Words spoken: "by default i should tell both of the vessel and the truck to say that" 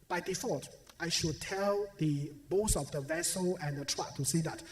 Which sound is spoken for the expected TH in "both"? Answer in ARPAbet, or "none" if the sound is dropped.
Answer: S